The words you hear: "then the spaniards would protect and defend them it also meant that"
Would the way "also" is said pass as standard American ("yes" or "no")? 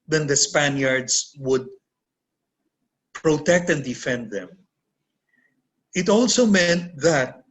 yes